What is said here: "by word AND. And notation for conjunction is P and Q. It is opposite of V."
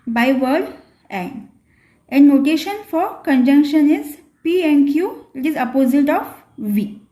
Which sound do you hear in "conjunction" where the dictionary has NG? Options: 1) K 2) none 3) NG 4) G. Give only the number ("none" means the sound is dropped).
3